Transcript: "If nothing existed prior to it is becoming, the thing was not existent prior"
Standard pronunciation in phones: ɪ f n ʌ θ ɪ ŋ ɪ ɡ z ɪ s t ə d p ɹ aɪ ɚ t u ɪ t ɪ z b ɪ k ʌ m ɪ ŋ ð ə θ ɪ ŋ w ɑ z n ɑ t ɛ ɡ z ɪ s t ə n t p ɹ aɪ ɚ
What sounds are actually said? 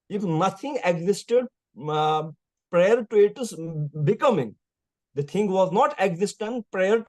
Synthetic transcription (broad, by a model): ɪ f n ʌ t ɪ ŋ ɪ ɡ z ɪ s t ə d p ɹ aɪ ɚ t u ɪ t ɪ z b ɪ k ʌ m ɪ ŋ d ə t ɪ ŋ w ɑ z n ɑ t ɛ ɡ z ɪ s t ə n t p ɹ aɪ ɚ